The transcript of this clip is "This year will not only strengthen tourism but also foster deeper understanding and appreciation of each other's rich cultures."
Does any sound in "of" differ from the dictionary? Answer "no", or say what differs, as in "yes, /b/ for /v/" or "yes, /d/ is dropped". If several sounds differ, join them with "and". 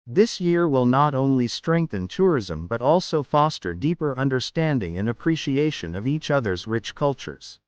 no